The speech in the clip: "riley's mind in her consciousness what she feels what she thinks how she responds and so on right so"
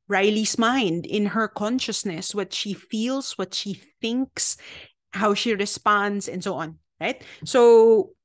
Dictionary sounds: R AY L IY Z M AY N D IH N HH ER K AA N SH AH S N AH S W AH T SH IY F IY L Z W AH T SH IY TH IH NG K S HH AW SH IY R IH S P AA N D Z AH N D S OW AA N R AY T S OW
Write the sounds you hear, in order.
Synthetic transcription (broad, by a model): R AY L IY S M AY N D IH N HH ER K AA N SH AH S N AH S W AH T SH IY F IY L S W AH T SH IY TH IH NG K S HH AW SH IY R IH S P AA N D S AH N D S OW AA N R AY T S OW